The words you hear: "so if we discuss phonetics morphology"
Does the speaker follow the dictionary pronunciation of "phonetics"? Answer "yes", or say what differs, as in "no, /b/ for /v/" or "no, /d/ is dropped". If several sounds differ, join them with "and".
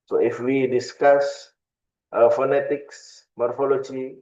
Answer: yes